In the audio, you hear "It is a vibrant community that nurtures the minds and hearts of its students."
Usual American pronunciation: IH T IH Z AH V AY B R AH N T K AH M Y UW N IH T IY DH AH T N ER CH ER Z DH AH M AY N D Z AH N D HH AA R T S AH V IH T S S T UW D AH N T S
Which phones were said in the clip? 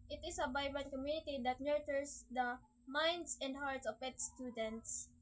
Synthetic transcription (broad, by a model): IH T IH S AH B AY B AH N K AH M Y UW N IH T IY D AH T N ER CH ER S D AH M AY N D S AH N D HH AA R T S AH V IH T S S T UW D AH N T S